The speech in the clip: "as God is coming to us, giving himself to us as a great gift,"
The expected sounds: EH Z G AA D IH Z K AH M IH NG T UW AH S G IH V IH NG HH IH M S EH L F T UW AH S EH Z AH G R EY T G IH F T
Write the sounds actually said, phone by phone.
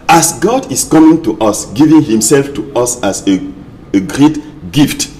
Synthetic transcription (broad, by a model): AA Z G AA D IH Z K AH M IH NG T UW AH S G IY V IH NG HH IH M S EH L F T UW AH S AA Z AH G R EY T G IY F T